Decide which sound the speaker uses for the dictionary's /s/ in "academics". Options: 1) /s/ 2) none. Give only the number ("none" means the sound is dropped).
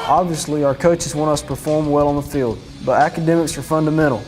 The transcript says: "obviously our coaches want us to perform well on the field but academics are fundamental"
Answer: 1